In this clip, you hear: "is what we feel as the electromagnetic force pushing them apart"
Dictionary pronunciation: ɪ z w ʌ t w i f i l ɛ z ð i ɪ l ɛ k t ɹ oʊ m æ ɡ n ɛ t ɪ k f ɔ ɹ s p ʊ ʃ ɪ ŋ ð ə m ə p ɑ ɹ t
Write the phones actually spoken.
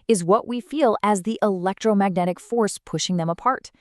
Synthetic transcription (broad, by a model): ɪ z w ʌ t w i f i l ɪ z ð i ɪ l ɛ k t ɹ oʊ m æ ɡ n ɛ t ɪ k f ɔ ɹ s p ʊ ʃ ɪ ŋ ð ə m ə p ɑ ɹ t